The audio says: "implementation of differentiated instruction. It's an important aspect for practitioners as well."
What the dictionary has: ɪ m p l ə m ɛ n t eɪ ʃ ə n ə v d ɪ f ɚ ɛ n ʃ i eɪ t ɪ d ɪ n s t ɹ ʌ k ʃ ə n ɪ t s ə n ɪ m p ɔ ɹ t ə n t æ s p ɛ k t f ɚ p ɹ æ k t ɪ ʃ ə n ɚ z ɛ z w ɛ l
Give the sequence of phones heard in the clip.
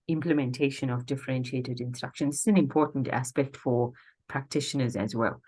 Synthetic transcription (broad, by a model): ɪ m p l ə m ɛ n t eɪ ʃ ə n ə v d ɪ f ɚ ɛ n ʃ i eɪ t ɪ d ɪ n s t ɹ ʌ k ʃ ə n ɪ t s ə n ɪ m p ɔ ɹ t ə n t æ s p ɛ k t f ɚ p ɹ æ k t ɪ ʃ ə n ɚ z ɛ z w ɛ l